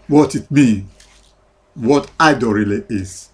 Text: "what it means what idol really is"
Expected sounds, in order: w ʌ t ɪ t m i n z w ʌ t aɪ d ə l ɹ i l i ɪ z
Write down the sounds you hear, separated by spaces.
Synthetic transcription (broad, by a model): w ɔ t ɪ t m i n w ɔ t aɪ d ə ɹ i l i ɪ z